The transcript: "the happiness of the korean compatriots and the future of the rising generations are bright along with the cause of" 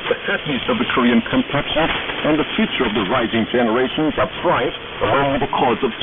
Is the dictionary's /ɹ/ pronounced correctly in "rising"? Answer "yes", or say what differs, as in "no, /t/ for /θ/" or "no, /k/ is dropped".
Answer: yes